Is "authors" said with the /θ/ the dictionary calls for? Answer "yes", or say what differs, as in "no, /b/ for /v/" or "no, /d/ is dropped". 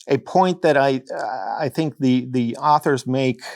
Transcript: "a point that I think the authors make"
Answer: yes